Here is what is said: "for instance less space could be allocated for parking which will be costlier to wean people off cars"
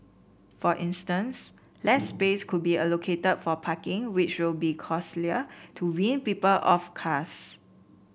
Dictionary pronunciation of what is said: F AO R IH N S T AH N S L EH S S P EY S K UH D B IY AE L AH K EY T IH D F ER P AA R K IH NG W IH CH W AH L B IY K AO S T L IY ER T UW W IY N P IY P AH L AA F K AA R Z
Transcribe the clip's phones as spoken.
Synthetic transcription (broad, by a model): F AO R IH N S T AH N S L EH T S P EY S K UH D B IY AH L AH K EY T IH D F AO P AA K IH NG W IH CH W AH L B IY K AO S L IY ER T UW W IY N P IY P AH L AA F K AA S